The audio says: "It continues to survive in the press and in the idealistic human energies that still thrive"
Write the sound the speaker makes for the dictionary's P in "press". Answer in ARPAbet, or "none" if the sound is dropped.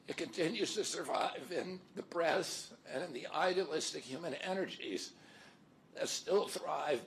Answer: B